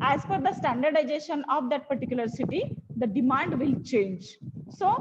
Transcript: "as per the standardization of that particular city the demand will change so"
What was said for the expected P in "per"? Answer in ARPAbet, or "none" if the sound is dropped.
F